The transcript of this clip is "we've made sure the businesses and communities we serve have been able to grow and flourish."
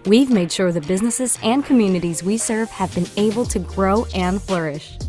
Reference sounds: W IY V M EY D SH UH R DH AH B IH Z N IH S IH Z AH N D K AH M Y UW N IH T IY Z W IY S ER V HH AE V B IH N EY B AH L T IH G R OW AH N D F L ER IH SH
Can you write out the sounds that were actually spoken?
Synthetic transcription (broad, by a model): W IY V M EY D SH UH R DH AH B IH Z N IH S IH Z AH N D K AH M Y UW N IH T IY Z W IY S ER V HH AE V B IH N EY B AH L T IH G R OW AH N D F L ER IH SH